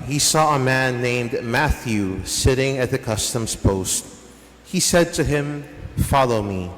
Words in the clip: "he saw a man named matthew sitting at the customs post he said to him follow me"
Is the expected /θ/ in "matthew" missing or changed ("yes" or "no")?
no